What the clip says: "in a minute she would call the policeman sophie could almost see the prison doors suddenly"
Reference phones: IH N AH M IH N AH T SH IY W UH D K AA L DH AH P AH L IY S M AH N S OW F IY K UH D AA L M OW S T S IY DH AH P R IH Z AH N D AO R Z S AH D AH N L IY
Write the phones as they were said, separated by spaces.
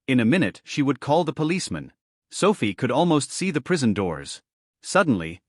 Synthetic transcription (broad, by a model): IH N AH M IH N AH T SH IY W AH D K AA L DH AH P AH L IY S M AH N S OW F IY K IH D AA L M OW S T S IY DH AH P R IH Z AH N D AO R Z S AH D N L IY